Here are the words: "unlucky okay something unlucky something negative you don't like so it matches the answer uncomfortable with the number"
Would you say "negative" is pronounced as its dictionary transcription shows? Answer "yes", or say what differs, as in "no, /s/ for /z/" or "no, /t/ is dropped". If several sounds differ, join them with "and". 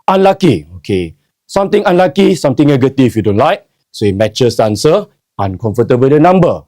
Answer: no, /f/ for /v/